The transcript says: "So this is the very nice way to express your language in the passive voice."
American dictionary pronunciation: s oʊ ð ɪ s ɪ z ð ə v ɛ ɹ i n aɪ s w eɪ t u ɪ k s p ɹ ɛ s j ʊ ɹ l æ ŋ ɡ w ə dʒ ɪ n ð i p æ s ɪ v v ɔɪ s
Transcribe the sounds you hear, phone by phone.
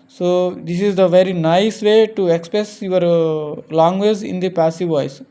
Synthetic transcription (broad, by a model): s oʊ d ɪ s ɪ z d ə v ɛ ɹ i n aɪ s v eɪ t u ɪ k s p ɹ ɛ s j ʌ ɹ l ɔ ŋ ɡ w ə z ɪ n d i p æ s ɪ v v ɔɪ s